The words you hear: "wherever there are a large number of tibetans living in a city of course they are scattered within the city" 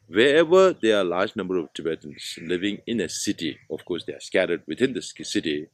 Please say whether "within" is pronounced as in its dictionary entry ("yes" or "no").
no